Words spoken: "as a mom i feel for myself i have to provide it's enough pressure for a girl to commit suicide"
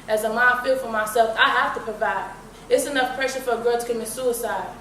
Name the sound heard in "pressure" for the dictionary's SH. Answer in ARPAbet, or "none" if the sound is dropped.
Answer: SH